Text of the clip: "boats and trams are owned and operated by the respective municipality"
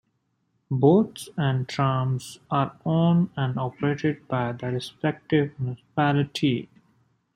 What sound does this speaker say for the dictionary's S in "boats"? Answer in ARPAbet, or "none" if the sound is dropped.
S